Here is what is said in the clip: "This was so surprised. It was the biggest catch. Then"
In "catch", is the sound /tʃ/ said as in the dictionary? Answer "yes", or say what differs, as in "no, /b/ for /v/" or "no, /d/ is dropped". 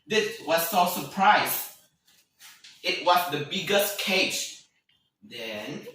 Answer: no, /s/ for /tʃ/